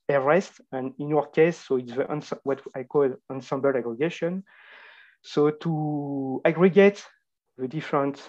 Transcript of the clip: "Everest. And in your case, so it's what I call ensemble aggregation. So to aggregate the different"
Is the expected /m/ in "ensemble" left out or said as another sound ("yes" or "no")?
no